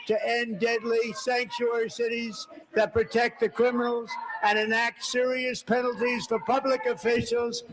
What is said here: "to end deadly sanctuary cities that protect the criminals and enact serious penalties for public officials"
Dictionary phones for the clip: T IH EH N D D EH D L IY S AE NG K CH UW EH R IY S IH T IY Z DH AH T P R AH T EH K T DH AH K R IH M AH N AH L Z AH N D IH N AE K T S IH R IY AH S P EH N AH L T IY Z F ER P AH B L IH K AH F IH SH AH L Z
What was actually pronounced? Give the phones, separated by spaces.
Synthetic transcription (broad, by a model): T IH EH N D D EH D L IY S AE NG K CH UW EH R IY S IH T IY Z DH AH T P R AH T EH K T DH AH K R IH M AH N L Z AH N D IH N AE K T S IH R IY AH S P EH N L T IY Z F ER P AH B L IH K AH F IH SH L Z